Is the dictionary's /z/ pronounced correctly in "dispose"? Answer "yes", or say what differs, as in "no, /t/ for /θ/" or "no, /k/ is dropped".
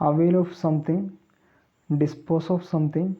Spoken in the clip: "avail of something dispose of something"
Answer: no, /s/ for /z/